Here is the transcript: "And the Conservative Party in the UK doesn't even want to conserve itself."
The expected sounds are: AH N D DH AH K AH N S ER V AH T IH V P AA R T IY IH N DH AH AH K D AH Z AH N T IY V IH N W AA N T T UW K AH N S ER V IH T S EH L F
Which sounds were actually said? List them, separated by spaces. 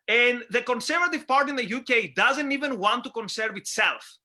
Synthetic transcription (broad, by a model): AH N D DH AH K AH N S ER V AH T IH V P AA R T IY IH N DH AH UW K D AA Z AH N T IY V IH N W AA N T T UW K AH N S ER V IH T S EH L F